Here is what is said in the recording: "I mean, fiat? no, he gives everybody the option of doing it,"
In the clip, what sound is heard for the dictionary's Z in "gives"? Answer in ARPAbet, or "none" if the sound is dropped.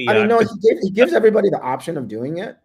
Z